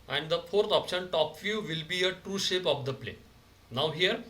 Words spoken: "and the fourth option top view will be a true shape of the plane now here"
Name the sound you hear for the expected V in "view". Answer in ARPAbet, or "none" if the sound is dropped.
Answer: F